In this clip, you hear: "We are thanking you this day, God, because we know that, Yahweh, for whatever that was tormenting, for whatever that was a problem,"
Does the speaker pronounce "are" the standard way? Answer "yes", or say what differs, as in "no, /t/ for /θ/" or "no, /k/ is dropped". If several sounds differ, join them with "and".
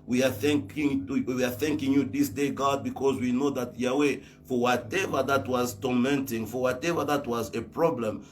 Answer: no, /w/ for /ɹ/